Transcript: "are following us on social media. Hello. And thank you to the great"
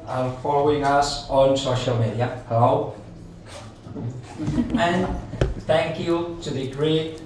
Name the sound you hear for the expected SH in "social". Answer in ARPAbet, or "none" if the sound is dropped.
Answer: SH